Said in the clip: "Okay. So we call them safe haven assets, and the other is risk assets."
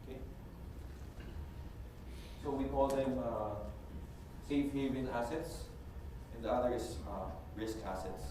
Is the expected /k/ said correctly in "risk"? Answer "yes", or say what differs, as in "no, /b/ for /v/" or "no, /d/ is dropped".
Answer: yes